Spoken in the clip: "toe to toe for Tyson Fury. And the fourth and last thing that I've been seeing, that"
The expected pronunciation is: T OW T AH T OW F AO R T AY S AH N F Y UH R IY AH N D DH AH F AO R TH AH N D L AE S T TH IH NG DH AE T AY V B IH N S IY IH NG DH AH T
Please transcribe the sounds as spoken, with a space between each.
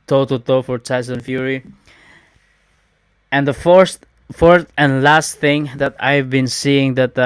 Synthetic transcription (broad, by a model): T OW T AH T OW F AO R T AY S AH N F Y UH R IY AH N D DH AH F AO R F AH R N L AE S T TH IH NG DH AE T AY V B IH N S IY IH NG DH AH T